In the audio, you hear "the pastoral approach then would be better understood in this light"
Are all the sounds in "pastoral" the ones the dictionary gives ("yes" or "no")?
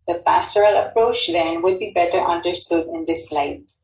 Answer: yes